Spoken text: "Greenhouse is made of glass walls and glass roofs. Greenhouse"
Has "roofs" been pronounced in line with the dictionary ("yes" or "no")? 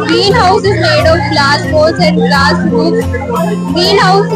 no